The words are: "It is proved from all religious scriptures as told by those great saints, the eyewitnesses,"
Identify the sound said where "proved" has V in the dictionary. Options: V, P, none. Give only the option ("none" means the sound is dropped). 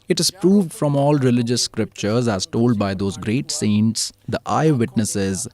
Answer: V